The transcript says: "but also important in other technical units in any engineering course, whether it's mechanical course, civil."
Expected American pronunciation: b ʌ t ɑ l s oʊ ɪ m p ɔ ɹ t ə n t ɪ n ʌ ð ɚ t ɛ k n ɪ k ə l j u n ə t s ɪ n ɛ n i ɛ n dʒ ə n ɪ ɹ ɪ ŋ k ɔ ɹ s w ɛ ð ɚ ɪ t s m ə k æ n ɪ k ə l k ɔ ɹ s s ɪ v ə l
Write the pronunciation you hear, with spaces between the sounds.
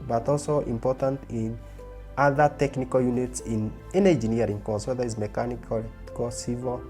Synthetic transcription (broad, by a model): b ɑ t ɑ l s oʊ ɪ m p ɔ t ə n t ɪ n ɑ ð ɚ t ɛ k n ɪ k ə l j u n ə t s ɪ n ɛ n i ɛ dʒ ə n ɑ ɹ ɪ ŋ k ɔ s w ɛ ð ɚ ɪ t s m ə k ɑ n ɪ k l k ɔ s s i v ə